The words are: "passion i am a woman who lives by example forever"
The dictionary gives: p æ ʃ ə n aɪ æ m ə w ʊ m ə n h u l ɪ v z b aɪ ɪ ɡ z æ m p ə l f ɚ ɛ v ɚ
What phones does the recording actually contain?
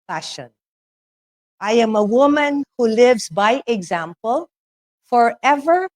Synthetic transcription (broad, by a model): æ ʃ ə n aɪ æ m ə w ʊ m ə n h u l ɪ v z b aɪ ɪ ɡ z æ m p ə l f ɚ ɛ v ɚ